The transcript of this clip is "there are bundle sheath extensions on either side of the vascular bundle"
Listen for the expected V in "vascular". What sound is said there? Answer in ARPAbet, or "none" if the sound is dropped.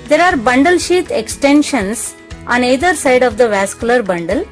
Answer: V